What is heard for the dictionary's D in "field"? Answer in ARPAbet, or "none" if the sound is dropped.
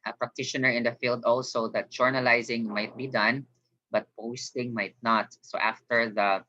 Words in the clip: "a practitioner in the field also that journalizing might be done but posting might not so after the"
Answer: D